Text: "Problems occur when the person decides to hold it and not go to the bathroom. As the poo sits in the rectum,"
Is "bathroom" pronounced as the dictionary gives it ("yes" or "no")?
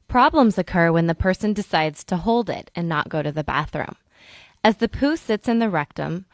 yes